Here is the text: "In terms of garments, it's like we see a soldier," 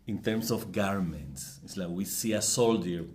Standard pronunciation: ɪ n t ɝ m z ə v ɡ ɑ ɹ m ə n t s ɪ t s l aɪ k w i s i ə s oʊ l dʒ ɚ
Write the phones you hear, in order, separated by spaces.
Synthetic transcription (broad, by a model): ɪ n t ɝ m s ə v ɡ ɑ ɹ m ə n t s ɪ t s l aɪ k w i s i ə s oʊ l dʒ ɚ